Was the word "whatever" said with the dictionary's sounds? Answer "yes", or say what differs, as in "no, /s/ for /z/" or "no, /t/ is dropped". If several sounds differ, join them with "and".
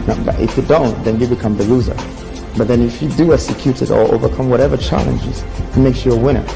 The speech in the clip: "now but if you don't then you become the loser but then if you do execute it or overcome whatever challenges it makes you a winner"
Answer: yes